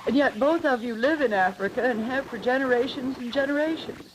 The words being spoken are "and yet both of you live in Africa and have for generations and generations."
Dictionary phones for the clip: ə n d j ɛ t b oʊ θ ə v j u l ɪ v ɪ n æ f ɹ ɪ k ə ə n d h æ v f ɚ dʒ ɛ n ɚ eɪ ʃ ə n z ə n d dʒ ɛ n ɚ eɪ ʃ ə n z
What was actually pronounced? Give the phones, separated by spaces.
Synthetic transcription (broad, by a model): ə n j ɛ t b oʊ θ ə v j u l ɪ v ɪ n æ f ɹ ɪ k ə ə n h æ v f ɚ dʒ ɛ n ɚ eɪ ʃ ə n z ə n dʒ ɛ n ɚ eɪ ʃ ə n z